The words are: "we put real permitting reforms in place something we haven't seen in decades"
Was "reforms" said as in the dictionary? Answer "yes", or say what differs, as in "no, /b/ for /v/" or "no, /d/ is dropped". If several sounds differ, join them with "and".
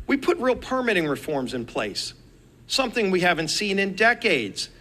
yes